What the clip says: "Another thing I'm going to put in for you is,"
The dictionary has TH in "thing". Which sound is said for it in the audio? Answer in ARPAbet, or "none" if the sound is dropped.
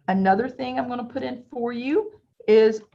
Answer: TH